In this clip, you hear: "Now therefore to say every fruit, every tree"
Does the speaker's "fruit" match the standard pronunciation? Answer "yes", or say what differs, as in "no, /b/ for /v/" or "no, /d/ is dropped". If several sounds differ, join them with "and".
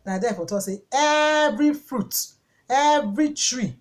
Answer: yes